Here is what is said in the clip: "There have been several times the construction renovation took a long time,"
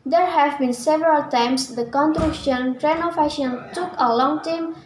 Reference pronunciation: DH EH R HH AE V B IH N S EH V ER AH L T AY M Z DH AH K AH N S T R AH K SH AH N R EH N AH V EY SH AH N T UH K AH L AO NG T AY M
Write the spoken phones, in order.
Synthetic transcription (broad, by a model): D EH R HH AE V B IH N S EH V ER AH L T AY M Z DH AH K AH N T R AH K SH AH N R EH N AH F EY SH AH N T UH K AH L AO NG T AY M